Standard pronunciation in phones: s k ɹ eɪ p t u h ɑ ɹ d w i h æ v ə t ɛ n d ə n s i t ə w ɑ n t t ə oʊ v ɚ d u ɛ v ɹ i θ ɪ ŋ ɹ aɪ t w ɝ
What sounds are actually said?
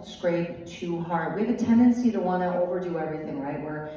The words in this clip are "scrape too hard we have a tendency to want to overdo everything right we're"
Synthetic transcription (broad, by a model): s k ɹ eɪ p t u h ɑ ɹ d w i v ə t ɛ n d ə n s i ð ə w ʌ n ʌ t ə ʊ v ɚ d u ɛ v ɹ i θ ɪ ŋ ɹ aɪ t w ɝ